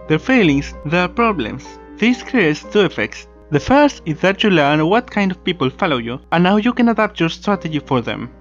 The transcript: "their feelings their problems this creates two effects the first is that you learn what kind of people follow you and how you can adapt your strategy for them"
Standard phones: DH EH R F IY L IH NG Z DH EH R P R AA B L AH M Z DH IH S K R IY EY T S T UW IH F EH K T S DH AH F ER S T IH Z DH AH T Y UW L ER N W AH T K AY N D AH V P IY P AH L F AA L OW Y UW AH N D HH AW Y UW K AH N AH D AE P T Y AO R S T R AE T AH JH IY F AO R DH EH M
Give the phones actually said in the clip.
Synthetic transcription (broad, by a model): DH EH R F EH L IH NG S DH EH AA P R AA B L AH M S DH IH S K R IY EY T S T UW IH F EH K T S DH AH F ER S T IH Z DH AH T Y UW L ER N W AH T K AY N D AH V P IY P AH L F AA L OW Y UW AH N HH AW Y UW K AH N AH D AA P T Y AO R S T R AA T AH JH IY F AO R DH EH M